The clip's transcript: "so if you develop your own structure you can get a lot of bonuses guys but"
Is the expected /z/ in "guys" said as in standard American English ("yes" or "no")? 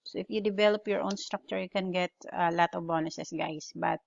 no